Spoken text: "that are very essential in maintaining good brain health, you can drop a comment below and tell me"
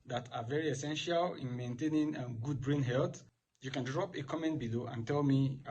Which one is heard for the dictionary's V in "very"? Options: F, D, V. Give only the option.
V